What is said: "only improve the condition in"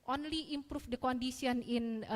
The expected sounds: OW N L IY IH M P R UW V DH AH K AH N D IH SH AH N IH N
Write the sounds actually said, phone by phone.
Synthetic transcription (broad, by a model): OW N L IY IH M P R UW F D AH K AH N D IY S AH N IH N